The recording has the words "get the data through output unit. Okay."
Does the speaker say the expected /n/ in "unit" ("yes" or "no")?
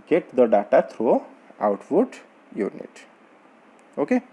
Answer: yes